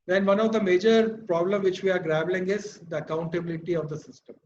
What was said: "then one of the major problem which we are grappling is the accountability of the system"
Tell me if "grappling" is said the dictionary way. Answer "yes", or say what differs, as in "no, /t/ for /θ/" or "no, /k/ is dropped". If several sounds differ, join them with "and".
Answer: no, /b/ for /p/